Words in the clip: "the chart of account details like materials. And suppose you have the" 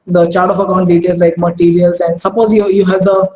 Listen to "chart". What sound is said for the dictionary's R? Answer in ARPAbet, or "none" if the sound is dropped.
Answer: R